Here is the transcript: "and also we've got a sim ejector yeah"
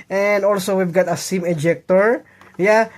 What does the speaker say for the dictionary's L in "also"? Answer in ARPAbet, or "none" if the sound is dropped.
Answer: L